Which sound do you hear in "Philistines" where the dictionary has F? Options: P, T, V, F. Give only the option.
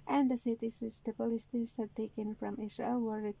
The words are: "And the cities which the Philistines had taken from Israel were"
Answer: P